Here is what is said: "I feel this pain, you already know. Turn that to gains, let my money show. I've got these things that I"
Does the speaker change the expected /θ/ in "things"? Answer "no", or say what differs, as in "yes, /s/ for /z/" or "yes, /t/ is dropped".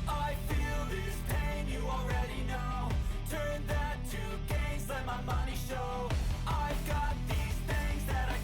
no